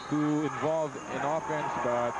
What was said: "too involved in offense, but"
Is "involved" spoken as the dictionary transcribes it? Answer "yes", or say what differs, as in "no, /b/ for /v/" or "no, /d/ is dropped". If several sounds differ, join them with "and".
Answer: no, /d/ is dropped